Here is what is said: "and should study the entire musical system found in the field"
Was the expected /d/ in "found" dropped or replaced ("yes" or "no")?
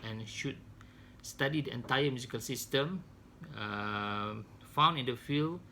yes